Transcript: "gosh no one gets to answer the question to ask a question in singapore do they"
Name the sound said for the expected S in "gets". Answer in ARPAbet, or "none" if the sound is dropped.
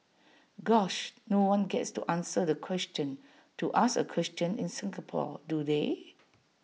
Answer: S